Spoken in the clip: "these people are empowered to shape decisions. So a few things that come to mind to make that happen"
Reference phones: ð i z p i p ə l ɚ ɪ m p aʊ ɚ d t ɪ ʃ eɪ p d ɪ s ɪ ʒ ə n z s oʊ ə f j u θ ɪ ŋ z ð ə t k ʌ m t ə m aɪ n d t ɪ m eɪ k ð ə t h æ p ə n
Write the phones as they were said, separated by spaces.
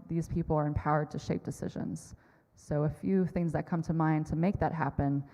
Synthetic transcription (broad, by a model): ð i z p i p l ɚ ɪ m p aʊ ɚ d t ɪ ʃ eɪ p d ɪ s ɪ ʒ ə n z s oʊ ə f j u θ ɪ ŋ z ð ə t k ʌ m t ə m aɪ n t ɪ m eɪ k ð ə t h æ p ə n